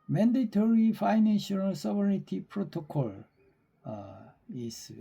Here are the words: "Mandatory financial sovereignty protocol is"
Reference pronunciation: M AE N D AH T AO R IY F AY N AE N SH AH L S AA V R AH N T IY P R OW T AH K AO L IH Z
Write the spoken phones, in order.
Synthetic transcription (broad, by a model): M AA N D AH T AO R IY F AY N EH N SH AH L S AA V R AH T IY P R OW T AH K AO L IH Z